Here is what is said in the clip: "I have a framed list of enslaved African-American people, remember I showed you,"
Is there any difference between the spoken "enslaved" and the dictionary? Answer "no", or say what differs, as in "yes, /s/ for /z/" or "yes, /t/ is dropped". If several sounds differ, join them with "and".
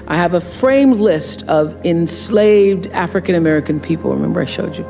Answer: no